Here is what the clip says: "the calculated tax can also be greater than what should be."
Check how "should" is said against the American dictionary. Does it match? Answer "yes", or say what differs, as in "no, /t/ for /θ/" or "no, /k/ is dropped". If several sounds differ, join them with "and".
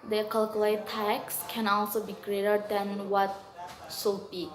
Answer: no, /s/ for /ʃ/